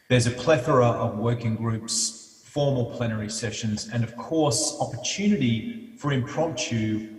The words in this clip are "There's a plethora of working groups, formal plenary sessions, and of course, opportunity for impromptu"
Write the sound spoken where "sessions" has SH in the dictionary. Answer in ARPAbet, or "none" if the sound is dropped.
SH